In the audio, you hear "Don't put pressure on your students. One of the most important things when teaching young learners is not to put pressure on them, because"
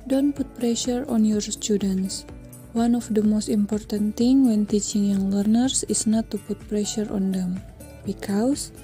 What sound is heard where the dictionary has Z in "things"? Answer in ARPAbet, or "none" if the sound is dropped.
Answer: none